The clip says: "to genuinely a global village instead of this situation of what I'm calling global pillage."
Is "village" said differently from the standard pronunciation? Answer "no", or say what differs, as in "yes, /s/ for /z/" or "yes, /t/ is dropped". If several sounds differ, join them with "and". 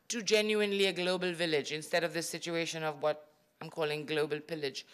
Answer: no